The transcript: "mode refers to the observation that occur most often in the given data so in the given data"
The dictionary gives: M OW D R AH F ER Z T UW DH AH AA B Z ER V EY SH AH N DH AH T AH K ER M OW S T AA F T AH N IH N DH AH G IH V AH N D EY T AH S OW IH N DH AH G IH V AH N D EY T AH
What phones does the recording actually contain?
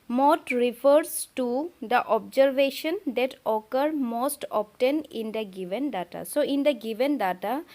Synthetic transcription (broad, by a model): M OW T R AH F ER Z T UW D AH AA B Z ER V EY SH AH N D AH T AH K ER M OW S T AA P T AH N IH N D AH G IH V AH N D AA T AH S OW IH N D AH G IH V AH N D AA T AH